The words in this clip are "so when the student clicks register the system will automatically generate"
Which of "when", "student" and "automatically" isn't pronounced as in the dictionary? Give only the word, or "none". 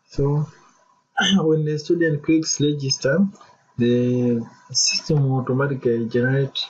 automatically